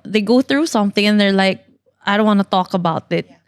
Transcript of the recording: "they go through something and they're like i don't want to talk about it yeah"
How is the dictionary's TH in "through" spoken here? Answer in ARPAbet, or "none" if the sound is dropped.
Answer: TH